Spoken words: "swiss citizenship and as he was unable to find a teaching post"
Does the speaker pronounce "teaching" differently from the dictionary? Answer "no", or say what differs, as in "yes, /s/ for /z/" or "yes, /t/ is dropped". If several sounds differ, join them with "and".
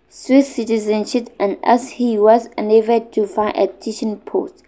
yes, /ʃ/ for /tʃ/